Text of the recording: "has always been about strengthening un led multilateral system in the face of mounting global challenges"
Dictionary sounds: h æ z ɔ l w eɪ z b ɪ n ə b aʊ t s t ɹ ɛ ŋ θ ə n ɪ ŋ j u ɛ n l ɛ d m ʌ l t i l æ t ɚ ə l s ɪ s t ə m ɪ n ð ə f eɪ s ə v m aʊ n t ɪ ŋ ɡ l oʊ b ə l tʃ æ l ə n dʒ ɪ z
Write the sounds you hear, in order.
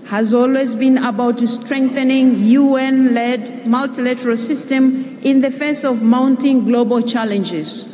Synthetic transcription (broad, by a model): h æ z ɔ l w eɪ z b ɪ n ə b aʊ t s t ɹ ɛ ŋ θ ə n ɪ ŋ j u ɛ n l ɛ d m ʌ l t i l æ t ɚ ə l s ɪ s t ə m ɪ n ð ə f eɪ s ə v m aʊ n t ɪ ŋ ɡ l oʊ b ə l tʃ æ l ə n dʒ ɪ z